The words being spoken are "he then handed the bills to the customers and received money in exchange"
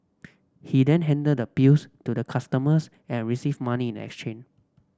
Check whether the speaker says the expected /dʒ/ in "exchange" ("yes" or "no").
no